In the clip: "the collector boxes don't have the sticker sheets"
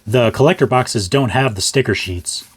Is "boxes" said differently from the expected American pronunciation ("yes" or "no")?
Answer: no